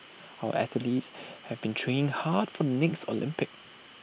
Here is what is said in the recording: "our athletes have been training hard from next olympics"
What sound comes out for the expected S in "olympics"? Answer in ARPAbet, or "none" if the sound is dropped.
none